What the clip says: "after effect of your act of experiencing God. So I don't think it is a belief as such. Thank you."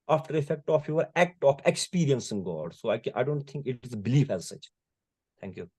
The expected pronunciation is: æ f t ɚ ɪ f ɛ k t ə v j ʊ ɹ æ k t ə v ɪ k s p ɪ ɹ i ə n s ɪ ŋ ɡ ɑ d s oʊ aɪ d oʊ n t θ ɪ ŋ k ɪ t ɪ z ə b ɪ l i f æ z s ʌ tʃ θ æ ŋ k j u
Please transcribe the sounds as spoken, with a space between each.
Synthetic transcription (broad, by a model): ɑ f t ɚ ɪ f ɛ k t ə f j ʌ ɹ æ k t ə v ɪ k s p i ɹ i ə n s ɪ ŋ ɡ ɑ d s oʊ aɪ d oʊ n t t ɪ ŋ k ɪ t ɪ z ə b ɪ l i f æ z s ʌ tʃ t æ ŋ k j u